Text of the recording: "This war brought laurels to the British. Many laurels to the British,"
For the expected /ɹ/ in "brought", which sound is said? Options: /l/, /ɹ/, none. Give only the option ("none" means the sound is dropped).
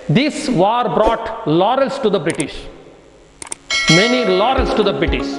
/ɹ/